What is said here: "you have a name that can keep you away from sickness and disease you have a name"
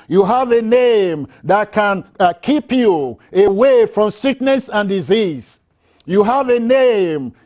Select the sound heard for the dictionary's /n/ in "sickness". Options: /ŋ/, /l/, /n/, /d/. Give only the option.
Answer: /n/